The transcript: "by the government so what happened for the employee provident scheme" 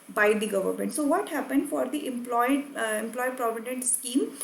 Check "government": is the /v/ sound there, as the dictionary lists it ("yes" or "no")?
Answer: yes